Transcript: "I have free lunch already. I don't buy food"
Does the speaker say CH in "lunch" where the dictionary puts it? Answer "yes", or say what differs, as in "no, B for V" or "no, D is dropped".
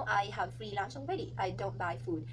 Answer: no, S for CH